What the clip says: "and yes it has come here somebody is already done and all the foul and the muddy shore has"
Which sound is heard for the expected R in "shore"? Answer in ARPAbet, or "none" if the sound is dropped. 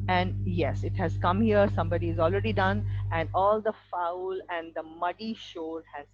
L